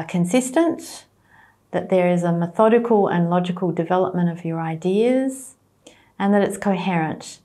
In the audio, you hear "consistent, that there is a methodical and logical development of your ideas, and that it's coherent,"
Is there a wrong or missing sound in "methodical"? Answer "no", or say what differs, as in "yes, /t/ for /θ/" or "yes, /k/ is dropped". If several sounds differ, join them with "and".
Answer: no